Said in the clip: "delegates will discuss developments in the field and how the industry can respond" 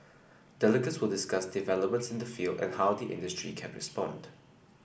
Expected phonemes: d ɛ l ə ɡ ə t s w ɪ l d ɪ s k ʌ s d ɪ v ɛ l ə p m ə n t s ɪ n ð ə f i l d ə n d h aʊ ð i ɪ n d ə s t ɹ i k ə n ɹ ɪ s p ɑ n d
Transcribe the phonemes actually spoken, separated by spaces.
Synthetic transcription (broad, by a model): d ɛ l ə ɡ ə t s w ɪ l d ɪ s k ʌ s d ɪ v ɛ l ə p m ə n t s ɪ n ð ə f i l d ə n h aʊ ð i ɪ n d ə s t ɹ i k ə n ɹ ɪ s p ɑ n d